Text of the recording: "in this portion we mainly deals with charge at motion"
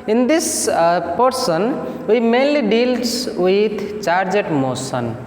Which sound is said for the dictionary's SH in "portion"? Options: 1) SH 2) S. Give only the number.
2